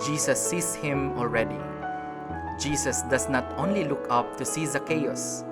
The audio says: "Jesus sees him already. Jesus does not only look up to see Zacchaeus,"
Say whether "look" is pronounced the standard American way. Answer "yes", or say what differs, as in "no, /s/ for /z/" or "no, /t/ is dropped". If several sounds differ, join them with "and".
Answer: yes